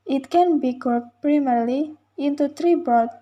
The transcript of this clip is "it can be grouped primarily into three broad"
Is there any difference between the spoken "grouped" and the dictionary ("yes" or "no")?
yes